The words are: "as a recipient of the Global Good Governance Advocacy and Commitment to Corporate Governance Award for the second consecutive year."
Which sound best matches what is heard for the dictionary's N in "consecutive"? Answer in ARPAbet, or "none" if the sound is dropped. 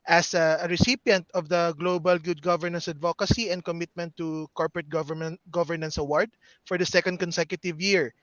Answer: N